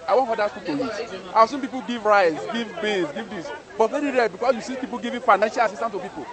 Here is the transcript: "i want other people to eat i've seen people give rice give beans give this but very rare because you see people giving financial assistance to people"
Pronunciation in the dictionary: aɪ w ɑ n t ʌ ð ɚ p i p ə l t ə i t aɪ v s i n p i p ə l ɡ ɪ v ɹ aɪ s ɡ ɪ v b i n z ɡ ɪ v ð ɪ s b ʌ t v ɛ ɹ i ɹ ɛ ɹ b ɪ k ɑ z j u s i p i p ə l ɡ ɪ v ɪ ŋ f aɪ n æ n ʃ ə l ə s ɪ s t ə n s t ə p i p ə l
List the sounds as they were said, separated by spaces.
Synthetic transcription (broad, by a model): aɪ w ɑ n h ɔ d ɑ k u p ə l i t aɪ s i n p i p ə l ɡ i v ɹ aɪ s ɡ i v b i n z ɡ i v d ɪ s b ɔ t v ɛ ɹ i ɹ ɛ l b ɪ k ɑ s j u s i p i p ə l ɡ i v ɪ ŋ f aɪ n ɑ n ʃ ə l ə s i s t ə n t ə p i p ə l